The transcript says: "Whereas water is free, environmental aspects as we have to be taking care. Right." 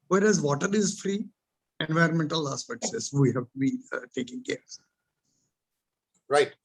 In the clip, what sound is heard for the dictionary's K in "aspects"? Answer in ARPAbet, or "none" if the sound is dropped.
none